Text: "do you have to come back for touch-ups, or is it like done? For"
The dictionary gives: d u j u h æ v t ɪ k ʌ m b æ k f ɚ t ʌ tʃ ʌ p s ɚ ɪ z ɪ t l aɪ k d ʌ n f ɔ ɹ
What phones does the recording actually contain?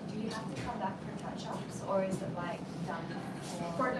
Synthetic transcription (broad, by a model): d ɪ j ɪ h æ f t ɪ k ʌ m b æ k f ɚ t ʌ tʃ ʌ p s ɚ ɪ z ɪ t l aɪ k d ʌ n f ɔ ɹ